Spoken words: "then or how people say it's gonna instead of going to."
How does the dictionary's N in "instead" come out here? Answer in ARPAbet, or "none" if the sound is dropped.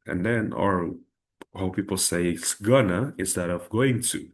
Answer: none